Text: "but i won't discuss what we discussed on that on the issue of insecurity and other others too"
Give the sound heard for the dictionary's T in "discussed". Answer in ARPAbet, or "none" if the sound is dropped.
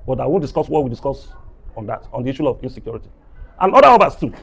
none